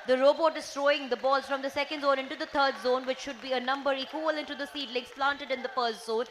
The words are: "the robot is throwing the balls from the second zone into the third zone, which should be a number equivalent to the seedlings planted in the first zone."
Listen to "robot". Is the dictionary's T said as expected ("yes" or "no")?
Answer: yes